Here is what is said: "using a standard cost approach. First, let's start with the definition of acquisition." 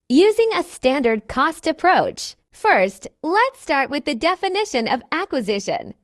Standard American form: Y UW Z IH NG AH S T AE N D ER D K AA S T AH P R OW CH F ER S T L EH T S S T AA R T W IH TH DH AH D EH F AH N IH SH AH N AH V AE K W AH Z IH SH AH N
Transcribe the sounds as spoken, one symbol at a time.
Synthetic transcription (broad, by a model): Y UW Z IH NG AH S T AE N D ER D K AA S T AH P R OW CH F ER S T L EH T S S T AA R T W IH DH AH D EH F AH N IH SH AH N AH V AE K W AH Z IH SH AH N